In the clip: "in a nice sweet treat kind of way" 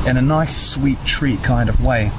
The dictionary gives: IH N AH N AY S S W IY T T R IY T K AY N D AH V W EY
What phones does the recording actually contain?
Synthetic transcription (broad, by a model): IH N AH N AY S S W IY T T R IY K AY N D AH V W EY